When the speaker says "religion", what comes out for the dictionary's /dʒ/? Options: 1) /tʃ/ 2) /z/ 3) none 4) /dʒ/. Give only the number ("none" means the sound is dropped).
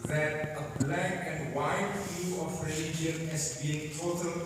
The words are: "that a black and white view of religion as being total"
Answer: 3